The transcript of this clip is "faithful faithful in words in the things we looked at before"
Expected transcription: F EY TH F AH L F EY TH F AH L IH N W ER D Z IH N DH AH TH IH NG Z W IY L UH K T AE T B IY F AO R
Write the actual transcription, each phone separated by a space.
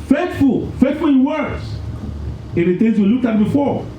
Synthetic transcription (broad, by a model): F EY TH F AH L F EY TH F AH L IH N W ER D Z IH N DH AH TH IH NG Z W IY L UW K AA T B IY F AO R